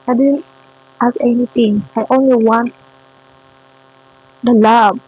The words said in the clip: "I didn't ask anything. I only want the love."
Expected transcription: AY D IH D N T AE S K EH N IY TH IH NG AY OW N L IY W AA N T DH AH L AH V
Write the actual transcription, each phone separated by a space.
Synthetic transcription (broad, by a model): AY D IH D N T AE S EH N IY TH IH NG AY OW N L IY W AA N T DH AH L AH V